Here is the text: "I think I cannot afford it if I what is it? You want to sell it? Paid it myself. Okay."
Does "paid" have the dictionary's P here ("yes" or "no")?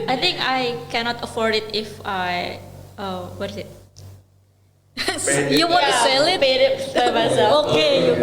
no